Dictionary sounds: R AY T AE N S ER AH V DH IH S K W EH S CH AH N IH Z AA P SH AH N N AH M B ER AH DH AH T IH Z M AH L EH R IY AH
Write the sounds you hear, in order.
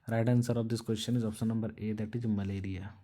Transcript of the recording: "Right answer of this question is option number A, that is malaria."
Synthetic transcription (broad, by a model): R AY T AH N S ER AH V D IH S K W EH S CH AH N IH Z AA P S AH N N AH M B ER AH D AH T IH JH M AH L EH R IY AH